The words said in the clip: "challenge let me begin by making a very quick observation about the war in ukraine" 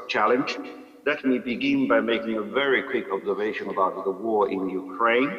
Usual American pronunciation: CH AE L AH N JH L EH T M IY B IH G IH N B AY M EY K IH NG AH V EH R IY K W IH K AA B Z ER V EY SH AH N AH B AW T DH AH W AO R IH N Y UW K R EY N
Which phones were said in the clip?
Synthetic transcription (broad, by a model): CH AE L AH N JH L EH T M IY B IH G IH N B AY M EY K IH NG AH V EH R IY K W IH K AA B Z ER V EY SH AH N AH B AW T DH AH W AO R IH N Y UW K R EY N